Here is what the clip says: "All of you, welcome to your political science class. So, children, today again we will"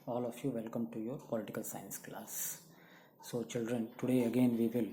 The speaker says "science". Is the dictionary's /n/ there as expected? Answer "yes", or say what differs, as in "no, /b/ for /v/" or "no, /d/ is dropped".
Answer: yes